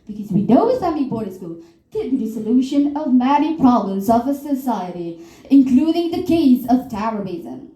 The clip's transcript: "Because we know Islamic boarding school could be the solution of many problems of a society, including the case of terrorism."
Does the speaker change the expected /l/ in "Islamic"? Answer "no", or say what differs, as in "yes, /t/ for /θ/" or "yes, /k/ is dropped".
yes, /l/ is dropped